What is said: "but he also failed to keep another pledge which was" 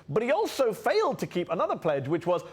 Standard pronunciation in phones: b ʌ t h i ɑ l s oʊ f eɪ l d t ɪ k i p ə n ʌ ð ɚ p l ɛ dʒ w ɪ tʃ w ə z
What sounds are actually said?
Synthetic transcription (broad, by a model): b ʌ t h i ɑ l s oʊ f eɪ l d t ɪ k i p ə n ʌ ð ɚ p l ɛ dʒ w ɪ tʃ w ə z